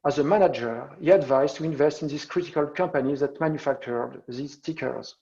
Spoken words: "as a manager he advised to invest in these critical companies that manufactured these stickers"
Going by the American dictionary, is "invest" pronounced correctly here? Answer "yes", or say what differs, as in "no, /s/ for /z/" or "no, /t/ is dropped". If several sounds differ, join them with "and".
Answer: yes